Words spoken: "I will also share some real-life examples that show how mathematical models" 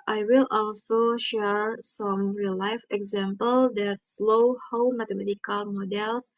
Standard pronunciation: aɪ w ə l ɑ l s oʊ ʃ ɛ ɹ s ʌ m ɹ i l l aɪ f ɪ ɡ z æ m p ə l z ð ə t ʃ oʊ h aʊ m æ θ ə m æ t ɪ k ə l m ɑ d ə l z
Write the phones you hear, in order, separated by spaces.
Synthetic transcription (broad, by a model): aɪ w ə l ɑ l s oʊ ʃ ɛ ɹ s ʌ m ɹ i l l aɪ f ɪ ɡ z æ m p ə l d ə t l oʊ h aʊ m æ t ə m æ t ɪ k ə l m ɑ d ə l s